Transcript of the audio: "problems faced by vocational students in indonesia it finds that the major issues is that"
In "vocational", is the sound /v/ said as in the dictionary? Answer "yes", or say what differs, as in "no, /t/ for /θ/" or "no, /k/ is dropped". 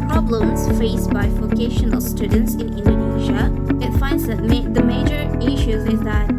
no, /f/ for /v/